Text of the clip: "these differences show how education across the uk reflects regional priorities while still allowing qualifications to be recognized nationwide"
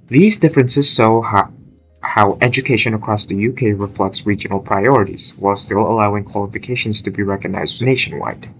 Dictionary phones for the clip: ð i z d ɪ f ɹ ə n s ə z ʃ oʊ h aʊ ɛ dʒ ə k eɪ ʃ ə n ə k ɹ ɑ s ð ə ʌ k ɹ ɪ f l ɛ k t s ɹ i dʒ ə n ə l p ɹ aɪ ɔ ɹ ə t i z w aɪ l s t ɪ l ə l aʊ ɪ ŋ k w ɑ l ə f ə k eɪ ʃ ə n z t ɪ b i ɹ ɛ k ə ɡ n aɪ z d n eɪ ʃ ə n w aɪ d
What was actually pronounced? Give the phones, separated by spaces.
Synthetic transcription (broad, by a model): ð i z d ɪ f ɹ ə n s ə z s oʊ h aʊ ɛ dʒ ə k eɪ ʃ ə n ə k ɹ ɑ s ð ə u k ɹ ɪ f l ɛ k t s ɹ i dʒ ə n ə l p ɹ aɪ ɔ ɹ ə t i z w aɪ l s t ɪ l ə l aʊ ɪ ŋ k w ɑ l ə f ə k eɪ ʃ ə n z t ɪ b i ɹ ɛ k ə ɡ n aɪ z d n eɪ ʃ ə n w aɪ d